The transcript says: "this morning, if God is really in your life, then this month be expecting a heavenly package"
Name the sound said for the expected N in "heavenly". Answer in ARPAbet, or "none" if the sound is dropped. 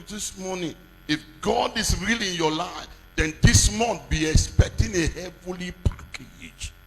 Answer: none